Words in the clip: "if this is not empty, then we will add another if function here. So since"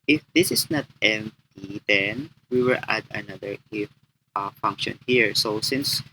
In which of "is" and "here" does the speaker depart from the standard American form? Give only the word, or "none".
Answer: is